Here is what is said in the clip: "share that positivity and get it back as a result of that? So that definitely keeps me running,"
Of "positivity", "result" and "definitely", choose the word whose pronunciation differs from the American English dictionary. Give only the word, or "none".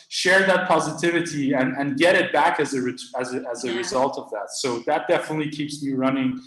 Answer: none